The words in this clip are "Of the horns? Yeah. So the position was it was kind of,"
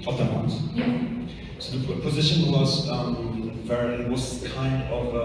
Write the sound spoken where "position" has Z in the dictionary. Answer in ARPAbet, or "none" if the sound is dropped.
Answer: Z